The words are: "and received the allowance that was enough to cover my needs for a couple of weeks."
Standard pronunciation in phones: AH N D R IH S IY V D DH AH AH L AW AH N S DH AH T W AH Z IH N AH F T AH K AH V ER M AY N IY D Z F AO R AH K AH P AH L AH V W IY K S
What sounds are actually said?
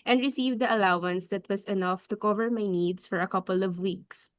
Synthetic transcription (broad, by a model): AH N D R IH S IY V D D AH AH L AW AH N S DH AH T W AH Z IH N AH F T AH K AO V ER M AY N IY D S F AO R AH K AH P AH L AH V W IY K S